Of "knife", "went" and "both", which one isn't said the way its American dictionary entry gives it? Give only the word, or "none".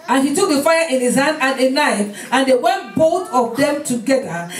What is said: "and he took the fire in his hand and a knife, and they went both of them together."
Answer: none